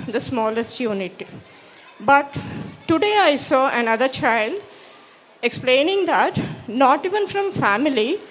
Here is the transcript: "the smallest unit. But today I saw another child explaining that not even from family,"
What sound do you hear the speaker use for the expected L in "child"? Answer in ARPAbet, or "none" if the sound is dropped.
L